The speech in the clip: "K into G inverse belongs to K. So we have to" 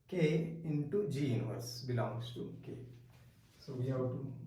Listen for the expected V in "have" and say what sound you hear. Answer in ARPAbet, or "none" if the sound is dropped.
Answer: W